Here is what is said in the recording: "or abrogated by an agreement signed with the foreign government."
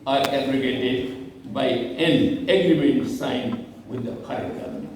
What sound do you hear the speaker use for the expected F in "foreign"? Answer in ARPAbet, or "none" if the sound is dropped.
P